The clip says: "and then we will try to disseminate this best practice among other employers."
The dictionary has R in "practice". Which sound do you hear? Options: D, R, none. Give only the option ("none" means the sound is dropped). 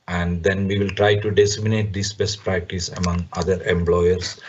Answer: R